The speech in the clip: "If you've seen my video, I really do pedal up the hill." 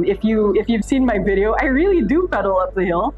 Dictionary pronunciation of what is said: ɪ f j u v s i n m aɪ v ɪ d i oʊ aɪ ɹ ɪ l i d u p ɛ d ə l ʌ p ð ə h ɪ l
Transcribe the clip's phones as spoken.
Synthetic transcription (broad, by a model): ɪ f j u v s i n m aɪ v ɪ d i oʊ aɪ ɹ ɪ l i d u f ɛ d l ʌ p ð ə h ɪ l